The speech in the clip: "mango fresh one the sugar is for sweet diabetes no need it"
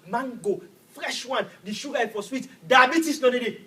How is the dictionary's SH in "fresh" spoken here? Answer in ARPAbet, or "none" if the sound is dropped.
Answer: SH